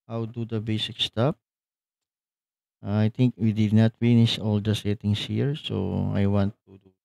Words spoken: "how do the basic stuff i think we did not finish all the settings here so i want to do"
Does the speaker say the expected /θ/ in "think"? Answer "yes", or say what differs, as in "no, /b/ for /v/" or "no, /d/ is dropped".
no, /t/ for /θ/